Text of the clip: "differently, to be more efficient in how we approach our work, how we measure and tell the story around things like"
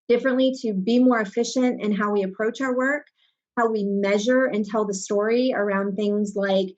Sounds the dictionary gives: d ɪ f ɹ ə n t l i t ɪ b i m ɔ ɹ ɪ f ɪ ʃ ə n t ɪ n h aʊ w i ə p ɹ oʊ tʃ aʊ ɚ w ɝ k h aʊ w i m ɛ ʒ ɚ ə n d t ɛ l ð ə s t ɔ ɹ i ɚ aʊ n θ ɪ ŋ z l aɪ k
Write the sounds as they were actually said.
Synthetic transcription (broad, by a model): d ɪ f ɹ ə n t l i t ɪ b i m ɔ ɹ ɪ f ɪ ʃ ə n t ɪ n h aʊ w i ə p ɹ oʊ tʃ aʊ ɚ w ɝ k h aʊ w i m ɛ ʒ ɚ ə n t ɛ l ð ə s t ɔ ɹ i ɚ aʊ n θ ɪ ŋ z l aɪ k